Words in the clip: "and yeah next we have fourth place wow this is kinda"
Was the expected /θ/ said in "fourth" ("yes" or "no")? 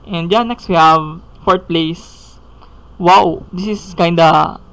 no